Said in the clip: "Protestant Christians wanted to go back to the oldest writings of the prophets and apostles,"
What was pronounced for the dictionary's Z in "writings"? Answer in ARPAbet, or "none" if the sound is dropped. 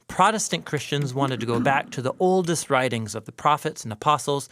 Z